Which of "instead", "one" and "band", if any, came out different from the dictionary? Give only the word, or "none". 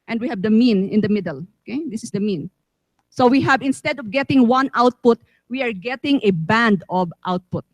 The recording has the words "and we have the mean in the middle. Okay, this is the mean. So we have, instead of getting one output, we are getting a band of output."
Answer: none